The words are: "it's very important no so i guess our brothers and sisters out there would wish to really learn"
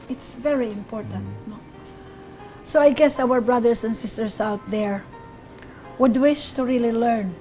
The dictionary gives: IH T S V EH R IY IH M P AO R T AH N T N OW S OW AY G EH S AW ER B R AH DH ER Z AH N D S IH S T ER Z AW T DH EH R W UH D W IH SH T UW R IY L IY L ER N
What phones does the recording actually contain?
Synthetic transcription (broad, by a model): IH T S V EH R IY IH M P AO R T AH N T N OW S OW AY G EH S AW ER B R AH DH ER S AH N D S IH S T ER S AW T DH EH R W UH D W IH SH T UW R IY L IY L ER N